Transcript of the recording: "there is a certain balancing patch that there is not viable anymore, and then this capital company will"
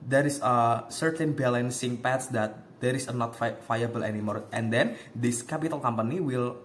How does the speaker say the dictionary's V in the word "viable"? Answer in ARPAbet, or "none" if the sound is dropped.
F